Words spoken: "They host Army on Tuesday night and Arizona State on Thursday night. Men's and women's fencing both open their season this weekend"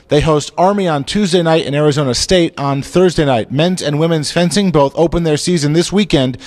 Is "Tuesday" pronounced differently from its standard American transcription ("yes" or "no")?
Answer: no